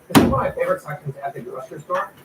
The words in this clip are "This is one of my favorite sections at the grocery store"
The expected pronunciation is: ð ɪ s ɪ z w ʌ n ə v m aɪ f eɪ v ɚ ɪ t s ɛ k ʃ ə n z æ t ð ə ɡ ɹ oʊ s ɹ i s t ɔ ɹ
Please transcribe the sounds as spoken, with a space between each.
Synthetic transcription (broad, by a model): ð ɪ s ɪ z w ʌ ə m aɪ f eɪ v ɚ ɪ t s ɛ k ə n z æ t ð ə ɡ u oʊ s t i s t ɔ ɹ